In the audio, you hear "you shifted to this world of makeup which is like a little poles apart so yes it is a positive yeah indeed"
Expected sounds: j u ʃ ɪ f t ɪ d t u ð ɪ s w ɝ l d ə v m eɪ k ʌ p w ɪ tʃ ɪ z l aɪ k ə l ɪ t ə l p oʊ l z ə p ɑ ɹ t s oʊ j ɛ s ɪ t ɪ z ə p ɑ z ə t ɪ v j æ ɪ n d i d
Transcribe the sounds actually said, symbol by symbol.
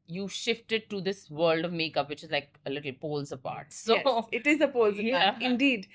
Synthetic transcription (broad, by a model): j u ʃ ɪ f t ɪ d t u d ɪ s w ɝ l d ə v m eɪ k ʌ p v ɪ tʃ ɪ z l aɪ k ə l ɪ t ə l p oʊ l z ə p ɑ ɹ t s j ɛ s ɪ t ɪ z ə p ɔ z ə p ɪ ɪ n d i d